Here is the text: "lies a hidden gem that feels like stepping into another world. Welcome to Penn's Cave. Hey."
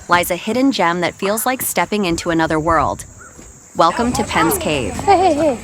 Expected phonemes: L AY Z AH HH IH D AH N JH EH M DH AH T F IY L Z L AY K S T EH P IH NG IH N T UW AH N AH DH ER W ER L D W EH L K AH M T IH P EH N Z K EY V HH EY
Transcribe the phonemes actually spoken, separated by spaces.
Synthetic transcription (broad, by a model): L AY Z AH HH IH D N JH EH M DH AH T F IY L Z L AY K S T EH P IH NG IH N T UW AH N AH DH ER W ER L D W EH L K AH M T IH P EH N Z K EY V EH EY